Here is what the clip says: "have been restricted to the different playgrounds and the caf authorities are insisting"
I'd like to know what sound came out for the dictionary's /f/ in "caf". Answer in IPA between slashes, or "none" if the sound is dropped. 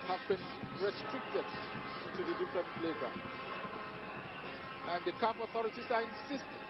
/p/